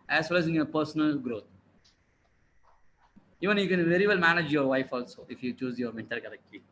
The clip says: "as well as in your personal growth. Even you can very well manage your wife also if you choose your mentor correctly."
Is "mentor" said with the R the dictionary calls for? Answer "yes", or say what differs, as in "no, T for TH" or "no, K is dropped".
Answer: no, L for R